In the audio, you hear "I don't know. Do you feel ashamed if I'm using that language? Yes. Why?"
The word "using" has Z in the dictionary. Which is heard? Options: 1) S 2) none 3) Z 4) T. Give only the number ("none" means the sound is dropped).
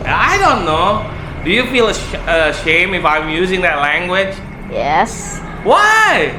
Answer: 3